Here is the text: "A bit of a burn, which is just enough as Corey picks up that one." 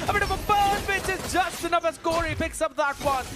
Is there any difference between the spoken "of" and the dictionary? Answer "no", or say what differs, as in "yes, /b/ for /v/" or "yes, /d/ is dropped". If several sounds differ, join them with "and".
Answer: no